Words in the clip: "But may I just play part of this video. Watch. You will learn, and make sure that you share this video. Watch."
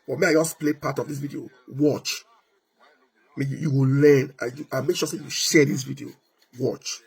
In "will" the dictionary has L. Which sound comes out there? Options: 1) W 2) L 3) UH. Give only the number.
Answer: 1